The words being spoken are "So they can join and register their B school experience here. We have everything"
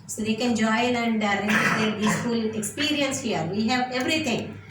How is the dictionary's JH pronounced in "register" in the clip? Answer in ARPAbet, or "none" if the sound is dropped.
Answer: none